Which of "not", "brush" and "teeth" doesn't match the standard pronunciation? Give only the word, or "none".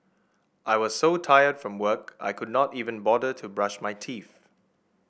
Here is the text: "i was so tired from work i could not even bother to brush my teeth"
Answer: teeth